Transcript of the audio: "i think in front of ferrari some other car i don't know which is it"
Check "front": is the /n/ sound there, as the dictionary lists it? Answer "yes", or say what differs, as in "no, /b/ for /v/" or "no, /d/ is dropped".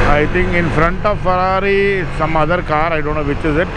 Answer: yes